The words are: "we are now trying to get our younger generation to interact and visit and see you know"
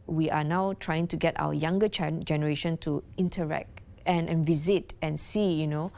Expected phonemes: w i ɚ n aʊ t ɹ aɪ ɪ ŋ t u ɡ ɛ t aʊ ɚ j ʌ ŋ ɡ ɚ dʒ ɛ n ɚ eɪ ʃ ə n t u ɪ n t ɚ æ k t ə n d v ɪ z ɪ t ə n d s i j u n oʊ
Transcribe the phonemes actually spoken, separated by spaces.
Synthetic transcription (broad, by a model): w i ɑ n aʊ t ɹ aɪ ɪ ŋ t u ɡ ɛ t aʊ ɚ j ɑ ŋ ɡ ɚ dʒ ɛ n ɚ eɪ ʃ ə n t u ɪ n t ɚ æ k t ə n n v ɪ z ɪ t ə n s i j u n oʊ